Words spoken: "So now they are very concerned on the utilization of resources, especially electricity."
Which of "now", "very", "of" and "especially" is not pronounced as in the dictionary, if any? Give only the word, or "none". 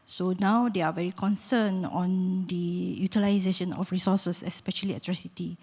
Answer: of